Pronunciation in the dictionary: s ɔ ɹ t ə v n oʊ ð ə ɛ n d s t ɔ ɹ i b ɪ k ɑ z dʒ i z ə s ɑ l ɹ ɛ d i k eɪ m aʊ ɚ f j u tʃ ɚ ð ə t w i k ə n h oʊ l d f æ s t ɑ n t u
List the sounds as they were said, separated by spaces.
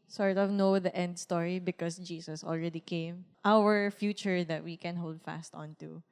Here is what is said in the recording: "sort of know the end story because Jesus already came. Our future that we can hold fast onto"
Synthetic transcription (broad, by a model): s ɔ ɹ t ə v n oʊ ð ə ɛ n d s t ɔ ɹ i b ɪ k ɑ s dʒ i s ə s ɑ l ɹ ɛ d i k eɪ m aʊ ɚ f j u tʃ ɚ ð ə t w i k ə n h oʊ l d f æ s t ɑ n t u